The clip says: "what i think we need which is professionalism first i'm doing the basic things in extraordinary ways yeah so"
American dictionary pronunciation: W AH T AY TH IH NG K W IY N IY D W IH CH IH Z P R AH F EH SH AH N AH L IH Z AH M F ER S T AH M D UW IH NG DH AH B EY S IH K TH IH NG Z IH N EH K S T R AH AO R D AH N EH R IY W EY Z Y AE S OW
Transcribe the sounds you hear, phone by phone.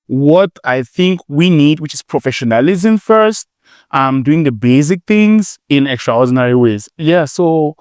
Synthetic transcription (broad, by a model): W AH T AY TH IH NG K W IY N IY D W IH CH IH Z P R AH F EH SH AH N AH L IH Z AH M F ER S T AH M D UW IH NG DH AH B EY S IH K TH IH NG Z IH N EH K S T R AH AO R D N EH R IY W EY Z Y AE S OW